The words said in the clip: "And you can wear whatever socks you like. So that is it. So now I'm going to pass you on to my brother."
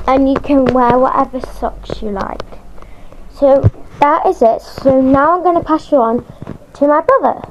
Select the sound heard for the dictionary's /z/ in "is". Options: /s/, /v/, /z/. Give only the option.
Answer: /z/